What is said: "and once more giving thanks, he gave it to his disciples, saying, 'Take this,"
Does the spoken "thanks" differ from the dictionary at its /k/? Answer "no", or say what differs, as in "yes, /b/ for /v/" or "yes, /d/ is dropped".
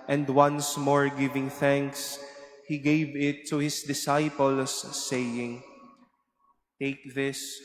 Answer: no